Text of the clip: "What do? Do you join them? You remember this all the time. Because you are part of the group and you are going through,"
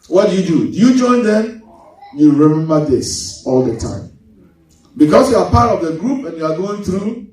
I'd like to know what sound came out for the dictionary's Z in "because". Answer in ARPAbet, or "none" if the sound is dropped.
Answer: S